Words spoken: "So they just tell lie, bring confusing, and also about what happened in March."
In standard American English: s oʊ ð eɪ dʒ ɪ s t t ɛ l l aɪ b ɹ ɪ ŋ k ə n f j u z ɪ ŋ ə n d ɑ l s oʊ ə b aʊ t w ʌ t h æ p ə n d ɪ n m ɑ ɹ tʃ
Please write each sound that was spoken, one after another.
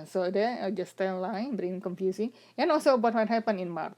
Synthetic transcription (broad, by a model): s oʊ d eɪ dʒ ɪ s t t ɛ n l aɪ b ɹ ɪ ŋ k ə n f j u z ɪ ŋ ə n ɑ l s oʊ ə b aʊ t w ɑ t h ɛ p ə n ɪ n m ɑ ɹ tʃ